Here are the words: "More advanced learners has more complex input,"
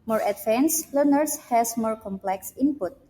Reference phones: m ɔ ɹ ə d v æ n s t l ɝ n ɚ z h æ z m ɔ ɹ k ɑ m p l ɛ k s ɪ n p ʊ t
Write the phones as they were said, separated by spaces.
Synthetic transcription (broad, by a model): m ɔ ɹ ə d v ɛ n s l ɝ n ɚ s h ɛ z m ɔ ɹ k ɑ m p l ɛ k s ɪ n p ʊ t